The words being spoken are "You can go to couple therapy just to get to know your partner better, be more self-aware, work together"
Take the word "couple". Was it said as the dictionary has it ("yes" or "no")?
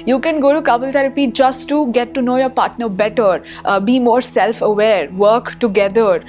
no